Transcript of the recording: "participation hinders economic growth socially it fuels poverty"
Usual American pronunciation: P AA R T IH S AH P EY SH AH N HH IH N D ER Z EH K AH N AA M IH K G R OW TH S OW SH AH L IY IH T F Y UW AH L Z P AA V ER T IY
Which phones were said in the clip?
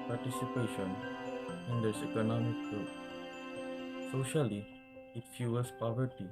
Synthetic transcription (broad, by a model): P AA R T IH S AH P EY SH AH N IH N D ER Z EH K AH N AA M IH K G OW T S OW SH AH L IY IH T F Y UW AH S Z P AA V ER T IY